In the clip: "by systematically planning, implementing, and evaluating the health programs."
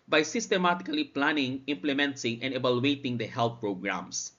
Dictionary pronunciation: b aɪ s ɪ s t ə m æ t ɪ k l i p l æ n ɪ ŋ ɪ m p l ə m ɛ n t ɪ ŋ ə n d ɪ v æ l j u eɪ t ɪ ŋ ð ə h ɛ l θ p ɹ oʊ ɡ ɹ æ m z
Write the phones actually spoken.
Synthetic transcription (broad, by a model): b aɪ s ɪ s t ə m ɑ t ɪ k l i p l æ n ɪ ŋ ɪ m p l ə m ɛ n s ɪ ŋ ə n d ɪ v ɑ l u eɪ t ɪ ŋ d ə h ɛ l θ p ɹ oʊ ɡ ɹ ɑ m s